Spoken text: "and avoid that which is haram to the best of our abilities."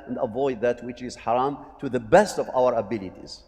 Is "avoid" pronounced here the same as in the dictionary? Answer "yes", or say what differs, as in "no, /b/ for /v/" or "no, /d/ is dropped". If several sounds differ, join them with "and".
yes